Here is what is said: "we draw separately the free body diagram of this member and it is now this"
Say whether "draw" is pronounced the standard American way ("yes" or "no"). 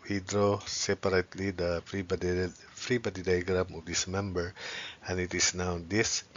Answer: yes